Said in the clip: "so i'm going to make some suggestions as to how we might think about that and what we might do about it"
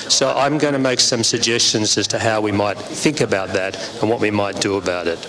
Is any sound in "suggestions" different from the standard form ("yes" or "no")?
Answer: no